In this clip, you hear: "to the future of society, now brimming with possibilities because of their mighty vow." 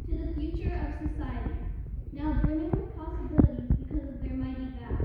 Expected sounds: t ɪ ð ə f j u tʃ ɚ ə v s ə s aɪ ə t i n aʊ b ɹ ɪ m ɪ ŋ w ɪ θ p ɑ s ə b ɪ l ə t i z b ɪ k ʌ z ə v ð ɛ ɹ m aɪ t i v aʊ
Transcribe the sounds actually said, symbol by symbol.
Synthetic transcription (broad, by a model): t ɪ ð ə f j u tʃ ɚ ə v s ə s aɪ ə t i n aʊ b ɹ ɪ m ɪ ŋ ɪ p ɑ s ə b ɪ l ə t i z b ɪ k ʌ z ə v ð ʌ ɹ m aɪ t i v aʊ